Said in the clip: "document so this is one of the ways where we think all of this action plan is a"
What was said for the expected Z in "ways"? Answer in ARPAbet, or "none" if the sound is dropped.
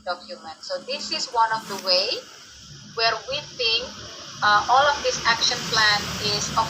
none